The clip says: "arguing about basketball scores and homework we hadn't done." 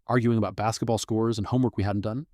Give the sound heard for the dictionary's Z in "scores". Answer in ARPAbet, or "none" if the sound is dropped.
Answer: Z